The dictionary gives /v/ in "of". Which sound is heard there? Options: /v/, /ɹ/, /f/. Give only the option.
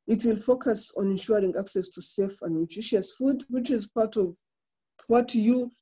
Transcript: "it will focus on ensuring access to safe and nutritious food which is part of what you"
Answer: /v/